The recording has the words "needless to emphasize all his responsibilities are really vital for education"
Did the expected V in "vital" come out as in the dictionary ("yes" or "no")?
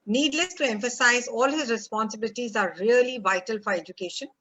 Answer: yes